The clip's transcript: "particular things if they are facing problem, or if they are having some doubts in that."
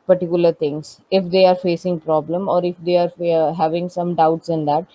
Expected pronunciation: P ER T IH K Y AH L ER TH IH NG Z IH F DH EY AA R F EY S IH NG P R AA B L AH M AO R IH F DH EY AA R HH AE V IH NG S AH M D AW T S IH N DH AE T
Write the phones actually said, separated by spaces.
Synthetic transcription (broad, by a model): P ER T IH K Y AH L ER T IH NG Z IH F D EY AA R F EY S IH NG P R AA B L AH M AO R IH F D EY AA R HH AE V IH NG S AH M D AW T S IH N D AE T